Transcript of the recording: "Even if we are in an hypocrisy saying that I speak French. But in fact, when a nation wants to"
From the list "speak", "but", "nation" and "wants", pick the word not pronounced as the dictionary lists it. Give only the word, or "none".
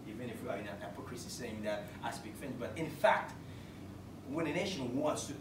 speak